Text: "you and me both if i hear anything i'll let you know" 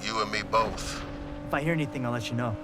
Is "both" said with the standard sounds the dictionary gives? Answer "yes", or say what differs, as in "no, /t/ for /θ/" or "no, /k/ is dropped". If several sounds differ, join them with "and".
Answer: yes